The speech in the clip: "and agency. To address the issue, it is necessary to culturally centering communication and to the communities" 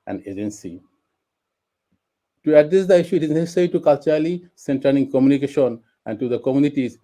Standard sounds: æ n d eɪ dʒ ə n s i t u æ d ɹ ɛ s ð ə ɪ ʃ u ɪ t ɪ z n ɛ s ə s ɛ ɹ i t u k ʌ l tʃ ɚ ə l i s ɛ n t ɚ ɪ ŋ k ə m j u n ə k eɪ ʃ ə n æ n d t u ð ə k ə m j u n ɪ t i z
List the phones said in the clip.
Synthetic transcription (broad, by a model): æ n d eɪ dʒ ə n s i t u æ d ɹ ɛ s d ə ɪ ʃ u ɪ t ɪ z n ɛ s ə s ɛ ɹ i t u k ʌ l tʃ ɚ ə l i s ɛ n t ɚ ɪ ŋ k ə m j u n ə k eɪ ʃ ə n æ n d t u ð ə k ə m j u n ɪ t i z